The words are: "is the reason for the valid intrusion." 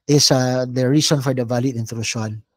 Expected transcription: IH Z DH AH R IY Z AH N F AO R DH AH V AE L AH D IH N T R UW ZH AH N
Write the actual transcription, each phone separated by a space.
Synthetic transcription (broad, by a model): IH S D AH R IY S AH N F AO R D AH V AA L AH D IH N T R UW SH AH N